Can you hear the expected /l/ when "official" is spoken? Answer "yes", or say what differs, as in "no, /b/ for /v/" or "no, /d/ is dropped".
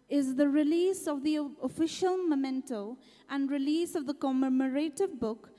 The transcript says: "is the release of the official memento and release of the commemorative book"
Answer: yes